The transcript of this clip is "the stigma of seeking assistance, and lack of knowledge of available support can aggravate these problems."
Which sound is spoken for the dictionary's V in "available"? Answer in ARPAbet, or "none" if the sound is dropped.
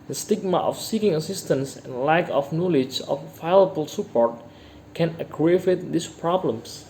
none